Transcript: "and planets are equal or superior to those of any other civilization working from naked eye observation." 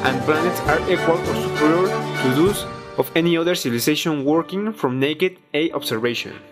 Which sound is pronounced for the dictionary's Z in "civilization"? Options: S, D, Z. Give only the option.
S